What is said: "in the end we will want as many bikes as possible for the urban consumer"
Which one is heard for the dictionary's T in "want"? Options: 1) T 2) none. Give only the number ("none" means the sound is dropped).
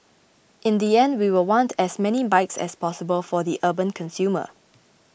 1